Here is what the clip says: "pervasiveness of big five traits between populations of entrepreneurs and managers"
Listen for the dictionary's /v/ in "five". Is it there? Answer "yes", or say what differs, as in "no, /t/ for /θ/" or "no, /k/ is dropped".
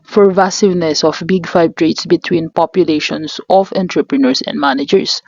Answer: no, /b/ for /v/